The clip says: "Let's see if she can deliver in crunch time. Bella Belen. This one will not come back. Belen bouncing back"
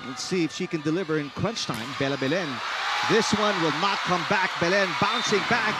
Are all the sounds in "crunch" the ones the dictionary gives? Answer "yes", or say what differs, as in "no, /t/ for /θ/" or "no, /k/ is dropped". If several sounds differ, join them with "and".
no, /w/ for /ɹ/